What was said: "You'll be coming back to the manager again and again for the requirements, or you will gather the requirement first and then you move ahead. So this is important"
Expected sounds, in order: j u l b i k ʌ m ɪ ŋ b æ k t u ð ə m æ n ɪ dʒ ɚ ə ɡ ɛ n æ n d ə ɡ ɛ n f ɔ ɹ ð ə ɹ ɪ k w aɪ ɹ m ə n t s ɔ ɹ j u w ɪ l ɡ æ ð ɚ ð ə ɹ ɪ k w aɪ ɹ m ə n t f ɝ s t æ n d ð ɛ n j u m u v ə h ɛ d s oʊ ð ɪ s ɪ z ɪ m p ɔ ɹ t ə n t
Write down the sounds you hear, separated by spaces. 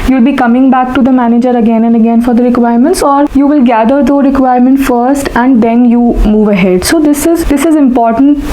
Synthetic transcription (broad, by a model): j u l b i k ʌ m ɪ ŋ b æ k t u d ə m æ n ɪ dʒ ɚ ə ɡ ɛ n æ n d ə ɡ ɛ n f ɔ ɹ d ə ɹ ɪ k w aɪ ɹ m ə n t s ɔ ɹ j u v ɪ l ɡ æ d ɚ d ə ɹ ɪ k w aɪ ɹ m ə n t f ɝ s t æ n d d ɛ n j u m u v ə h ɛ d s oʊ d ɪ s ɪ z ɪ m p ɔ ɹ t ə n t